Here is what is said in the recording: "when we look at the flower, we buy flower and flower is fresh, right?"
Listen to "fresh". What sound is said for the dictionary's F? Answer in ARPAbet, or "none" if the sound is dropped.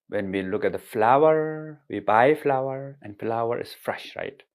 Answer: F